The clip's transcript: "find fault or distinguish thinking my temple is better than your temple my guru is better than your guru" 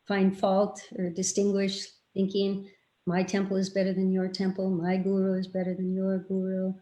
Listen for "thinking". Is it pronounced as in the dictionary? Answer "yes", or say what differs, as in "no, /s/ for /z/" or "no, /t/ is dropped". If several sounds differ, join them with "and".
yes